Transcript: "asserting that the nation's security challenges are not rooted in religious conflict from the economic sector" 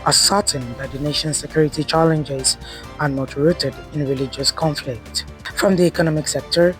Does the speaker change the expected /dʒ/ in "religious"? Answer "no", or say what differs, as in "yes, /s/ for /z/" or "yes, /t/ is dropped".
no